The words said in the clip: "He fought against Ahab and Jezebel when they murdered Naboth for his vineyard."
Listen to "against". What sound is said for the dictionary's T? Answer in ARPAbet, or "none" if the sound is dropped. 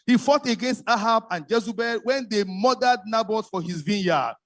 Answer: T